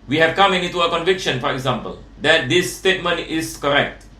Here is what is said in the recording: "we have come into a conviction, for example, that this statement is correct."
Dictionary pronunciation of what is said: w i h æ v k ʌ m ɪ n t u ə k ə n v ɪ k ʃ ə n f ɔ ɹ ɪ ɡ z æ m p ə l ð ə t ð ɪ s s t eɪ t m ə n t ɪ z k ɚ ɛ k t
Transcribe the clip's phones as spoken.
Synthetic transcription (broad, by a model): w i h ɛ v k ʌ m ɪ n t u ə k ə n v ɪ k ʃ ə n f ɔ ɹ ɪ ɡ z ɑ m p ə l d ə t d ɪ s s t eɪ t m ə n t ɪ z k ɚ ɛ k t